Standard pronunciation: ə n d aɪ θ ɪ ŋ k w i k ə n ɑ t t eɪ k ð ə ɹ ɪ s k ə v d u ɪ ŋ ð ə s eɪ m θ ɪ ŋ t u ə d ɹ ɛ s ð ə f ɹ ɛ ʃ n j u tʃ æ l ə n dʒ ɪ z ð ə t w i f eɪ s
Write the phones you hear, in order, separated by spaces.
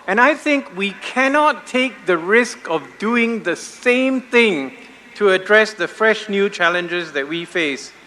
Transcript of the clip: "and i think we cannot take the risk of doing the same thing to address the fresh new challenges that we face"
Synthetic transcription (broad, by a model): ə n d aɪ θ ɪ ŋ k w i k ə n ɑ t t eɪ k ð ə ɹ ɪ s k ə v d u ɪ ŋ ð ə s eɪ m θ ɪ ŋ t u ə d ɹ ɛ s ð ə f ɹ ɛ ʃ n j u tʃ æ l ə n dʒ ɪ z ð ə t w i f eɪ s